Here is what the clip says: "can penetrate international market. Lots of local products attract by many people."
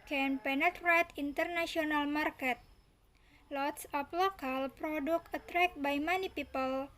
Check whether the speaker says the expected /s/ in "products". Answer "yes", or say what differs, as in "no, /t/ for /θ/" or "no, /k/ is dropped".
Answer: no, /s/ is dropped